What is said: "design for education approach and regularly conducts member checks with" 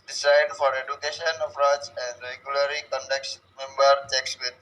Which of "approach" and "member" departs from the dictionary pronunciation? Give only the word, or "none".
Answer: approach